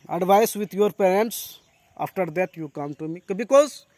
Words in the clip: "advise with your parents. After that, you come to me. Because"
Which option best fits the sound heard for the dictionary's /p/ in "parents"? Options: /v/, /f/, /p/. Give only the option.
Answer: /p/